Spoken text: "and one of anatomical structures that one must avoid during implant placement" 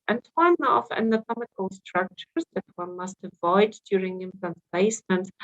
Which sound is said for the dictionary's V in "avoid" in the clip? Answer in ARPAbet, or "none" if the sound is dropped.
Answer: V